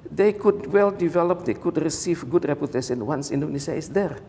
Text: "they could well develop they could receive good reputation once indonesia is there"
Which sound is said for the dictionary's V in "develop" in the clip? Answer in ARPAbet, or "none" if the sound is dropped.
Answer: V